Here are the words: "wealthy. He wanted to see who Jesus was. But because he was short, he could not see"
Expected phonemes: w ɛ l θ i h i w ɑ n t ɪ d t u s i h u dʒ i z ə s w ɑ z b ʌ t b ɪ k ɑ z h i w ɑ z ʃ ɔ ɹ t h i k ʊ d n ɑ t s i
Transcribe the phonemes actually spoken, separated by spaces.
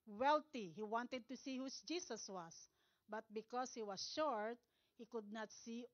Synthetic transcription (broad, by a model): w ɛ l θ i h i w ɑ n t ɪ d t u s i h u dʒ i s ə s w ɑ s b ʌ t b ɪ k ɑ s h i w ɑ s ʃ ɔ ɹ t h i k ʊ d n ɑ t s i